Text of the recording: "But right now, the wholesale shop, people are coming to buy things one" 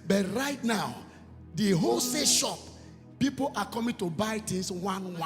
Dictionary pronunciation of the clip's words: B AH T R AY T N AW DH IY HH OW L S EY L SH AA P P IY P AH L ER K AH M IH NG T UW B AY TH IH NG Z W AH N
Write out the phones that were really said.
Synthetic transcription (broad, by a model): B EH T R AY T N AW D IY HH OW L S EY SH AA P P IY P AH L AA K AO M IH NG T UW B AY T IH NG S W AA N